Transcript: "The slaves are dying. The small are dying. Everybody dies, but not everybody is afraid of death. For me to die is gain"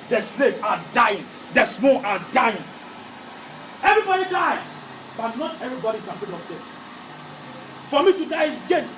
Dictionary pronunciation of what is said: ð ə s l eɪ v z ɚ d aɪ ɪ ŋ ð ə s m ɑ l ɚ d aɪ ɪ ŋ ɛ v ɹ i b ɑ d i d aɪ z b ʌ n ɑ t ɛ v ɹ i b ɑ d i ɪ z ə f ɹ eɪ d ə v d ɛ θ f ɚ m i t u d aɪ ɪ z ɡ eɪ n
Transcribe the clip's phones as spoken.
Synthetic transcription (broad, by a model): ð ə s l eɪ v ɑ d aɪ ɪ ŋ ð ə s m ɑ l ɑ d aɪ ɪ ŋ ɛ v ɹ i b ɑ d i d aɪ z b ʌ n ɑ t ɛ v ɹ i b ɑ d i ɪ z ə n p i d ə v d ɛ s f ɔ m i t u d aɪ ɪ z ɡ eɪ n